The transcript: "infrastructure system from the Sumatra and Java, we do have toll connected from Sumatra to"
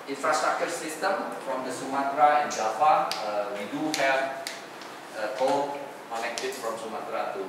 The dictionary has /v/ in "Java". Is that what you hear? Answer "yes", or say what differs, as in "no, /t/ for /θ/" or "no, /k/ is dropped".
no, /f/ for /v/